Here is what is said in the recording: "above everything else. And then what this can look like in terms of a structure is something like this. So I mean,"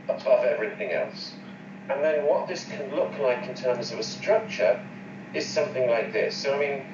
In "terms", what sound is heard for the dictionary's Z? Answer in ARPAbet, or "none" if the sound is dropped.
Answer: Z